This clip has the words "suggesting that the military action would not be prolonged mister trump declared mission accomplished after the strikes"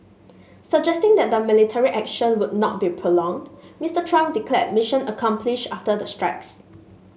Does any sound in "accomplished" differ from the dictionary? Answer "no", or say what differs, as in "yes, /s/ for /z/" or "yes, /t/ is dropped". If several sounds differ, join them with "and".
yes, /t/ is dropped